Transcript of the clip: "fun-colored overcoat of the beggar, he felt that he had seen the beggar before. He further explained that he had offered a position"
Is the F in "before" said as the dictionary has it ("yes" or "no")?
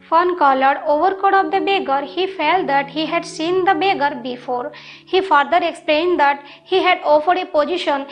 yes